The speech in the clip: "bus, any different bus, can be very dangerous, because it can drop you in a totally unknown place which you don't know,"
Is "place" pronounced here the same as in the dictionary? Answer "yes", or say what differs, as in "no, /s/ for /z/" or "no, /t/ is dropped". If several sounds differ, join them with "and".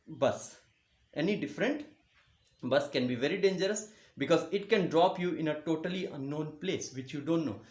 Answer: yes